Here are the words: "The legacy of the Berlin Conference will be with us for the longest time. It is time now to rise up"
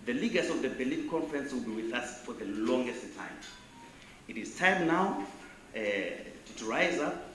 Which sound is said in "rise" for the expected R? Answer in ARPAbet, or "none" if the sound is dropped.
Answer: R